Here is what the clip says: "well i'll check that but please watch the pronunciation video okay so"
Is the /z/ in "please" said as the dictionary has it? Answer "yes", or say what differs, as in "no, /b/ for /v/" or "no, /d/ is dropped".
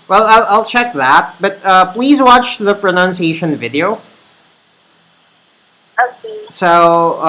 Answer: yes